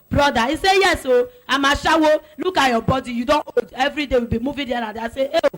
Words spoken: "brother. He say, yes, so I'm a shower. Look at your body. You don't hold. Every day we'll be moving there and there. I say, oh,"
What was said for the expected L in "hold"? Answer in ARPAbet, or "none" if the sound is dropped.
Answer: none